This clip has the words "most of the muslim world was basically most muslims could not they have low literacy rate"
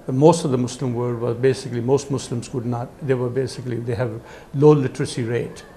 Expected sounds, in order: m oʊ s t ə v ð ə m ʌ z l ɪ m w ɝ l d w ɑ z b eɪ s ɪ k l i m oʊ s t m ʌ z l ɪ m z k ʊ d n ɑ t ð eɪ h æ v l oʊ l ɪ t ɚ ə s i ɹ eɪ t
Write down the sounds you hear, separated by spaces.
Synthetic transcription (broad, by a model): m oʊ s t ə v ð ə m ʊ s l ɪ m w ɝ d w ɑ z b eɪ s ɪ k l i m oʊ s t m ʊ s l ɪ m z k ʊ d n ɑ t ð eɪ h æ v l oʊ l ɪ t ɚ ə s i ɹ eɪ t